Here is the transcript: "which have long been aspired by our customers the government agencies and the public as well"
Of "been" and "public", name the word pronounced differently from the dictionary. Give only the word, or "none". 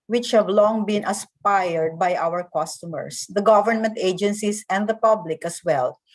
none